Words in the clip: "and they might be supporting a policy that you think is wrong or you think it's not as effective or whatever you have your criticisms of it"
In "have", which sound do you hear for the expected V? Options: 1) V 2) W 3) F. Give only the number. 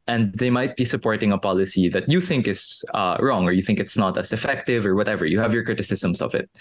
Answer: 1